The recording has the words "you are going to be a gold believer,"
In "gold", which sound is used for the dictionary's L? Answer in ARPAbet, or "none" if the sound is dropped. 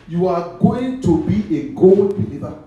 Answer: L